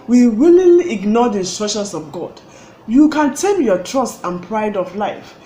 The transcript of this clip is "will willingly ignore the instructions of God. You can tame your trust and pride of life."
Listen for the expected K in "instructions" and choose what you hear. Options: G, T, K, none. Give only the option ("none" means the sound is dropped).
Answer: none